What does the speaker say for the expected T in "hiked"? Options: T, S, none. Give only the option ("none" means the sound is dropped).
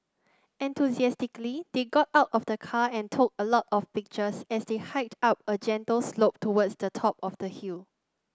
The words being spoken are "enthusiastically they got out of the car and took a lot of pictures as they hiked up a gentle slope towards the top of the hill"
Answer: T